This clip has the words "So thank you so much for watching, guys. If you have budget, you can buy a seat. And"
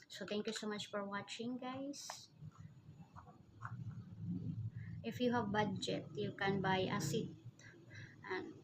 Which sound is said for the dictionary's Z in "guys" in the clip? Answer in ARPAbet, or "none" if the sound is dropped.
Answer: S